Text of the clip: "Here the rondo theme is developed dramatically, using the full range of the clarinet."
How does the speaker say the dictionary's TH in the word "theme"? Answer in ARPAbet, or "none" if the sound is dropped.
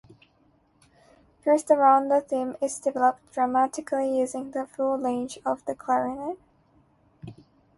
TH